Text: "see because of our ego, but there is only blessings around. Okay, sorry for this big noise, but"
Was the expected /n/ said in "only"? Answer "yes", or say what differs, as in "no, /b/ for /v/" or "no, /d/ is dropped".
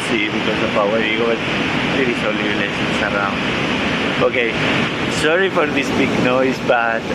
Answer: no, /n/ is dropped